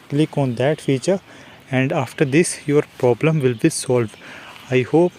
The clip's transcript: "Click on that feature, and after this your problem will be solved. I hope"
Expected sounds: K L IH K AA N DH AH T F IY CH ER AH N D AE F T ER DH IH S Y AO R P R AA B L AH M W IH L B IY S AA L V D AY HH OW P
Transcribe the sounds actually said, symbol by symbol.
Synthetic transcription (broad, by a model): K L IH K AA N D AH T F IY CH ER AH N D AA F T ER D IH S Y AO R P R AA B L AH M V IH L B IY S AA L V D AY HH OW P